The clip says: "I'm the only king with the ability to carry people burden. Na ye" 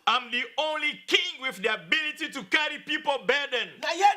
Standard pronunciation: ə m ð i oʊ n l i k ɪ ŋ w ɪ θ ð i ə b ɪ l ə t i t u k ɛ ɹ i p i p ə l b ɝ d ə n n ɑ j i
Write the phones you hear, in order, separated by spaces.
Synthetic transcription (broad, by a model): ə m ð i oʊ n l i k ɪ ŋ w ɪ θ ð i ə b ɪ l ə t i t u k ɛ ɹ i p i p ə l b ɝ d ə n n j